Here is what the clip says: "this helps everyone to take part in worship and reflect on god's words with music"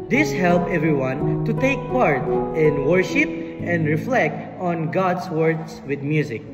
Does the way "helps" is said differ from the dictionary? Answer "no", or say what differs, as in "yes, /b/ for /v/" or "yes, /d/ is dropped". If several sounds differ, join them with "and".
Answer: yes, /s/ is dropped